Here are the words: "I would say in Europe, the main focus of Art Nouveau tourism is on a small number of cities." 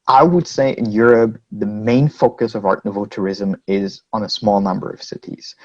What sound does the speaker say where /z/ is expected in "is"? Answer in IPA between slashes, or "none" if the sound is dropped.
/z/